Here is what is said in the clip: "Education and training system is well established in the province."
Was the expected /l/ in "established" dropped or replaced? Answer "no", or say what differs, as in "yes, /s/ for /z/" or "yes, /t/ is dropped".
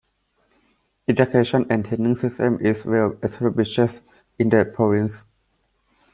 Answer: yes, /l/ is dropped